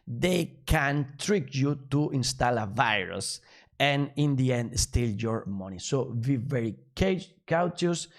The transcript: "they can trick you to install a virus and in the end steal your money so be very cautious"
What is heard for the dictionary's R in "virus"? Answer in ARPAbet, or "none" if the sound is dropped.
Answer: R